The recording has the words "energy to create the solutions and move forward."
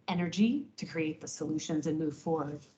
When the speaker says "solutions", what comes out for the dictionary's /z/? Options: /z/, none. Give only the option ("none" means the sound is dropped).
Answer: /z/